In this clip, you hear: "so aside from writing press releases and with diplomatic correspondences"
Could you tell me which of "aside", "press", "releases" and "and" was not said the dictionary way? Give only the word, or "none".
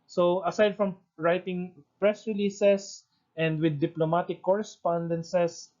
releases